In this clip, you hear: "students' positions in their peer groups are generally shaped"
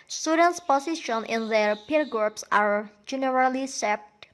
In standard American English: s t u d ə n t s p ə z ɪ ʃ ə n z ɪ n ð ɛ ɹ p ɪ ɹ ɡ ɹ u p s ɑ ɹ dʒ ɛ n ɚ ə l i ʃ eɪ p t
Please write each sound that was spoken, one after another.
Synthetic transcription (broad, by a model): s t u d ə n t s p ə s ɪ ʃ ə n ɪ n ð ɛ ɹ p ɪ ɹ ɡ ɹ u p s ɑ ɹ dʒ ɛ n ɚ ə l i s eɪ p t